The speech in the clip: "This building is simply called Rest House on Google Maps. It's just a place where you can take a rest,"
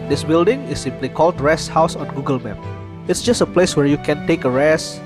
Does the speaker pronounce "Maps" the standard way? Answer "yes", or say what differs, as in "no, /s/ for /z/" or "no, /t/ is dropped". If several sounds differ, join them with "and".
no, /s/ is dropped